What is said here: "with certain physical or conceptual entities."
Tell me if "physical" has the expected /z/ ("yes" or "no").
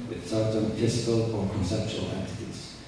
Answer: no